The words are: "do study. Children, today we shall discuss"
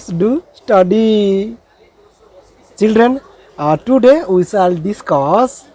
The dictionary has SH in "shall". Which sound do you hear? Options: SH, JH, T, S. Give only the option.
S